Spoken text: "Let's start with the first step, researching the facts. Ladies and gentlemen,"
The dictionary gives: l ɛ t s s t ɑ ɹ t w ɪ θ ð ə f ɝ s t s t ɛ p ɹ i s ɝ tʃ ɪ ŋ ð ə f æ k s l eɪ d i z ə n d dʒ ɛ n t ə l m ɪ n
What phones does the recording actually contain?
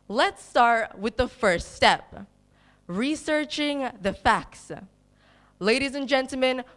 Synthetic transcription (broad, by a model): l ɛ t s s t ɑ ɹ t w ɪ ð ə f ɝ s t s t ɛ p ɹ i s ɝ tʃ ɪ ŋ ð ə f æ k s l eɪ d i z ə n dʒ ɛ n t l m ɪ n